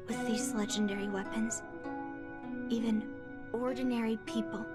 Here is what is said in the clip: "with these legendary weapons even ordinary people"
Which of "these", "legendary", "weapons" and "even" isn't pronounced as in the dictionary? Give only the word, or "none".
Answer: none